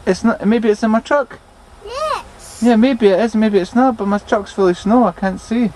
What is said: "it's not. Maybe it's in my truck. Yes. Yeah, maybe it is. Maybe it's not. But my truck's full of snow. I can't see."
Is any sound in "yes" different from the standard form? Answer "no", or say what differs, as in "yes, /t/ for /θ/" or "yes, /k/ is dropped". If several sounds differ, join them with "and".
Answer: yes, /s/ is dropped